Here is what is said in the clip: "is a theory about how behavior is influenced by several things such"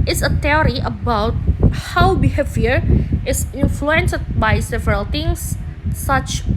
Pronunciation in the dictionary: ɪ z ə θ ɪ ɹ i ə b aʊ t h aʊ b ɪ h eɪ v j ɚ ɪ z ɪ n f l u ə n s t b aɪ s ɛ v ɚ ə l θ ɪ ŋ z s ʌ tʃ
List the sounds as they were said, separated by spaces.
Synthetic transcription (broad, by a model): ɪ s ə t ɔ ɹ i ə b aʊ t h aʊ b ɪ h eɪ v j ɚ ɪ s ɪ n f l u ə n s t b aɪ s ɛ v ɚ ə l t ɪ ŋ s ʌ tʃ